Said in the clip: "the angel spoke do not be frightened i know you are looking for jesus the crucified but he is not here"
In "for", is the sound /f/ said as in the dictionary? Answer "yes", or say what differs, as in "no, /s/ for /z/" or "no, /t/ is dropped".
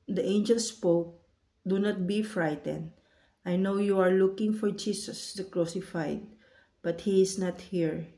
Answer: yes